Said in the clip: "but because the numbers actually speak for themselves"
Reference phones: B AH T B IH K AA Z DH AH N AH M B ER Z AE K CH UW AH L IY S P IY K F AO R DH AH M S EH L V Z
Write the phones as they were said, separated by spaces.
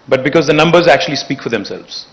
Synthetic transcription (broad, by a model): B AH T B IH K AA Z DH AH N AH M B ER Z AE K CH UW AH L IY S P IY K F AO R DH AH M S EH L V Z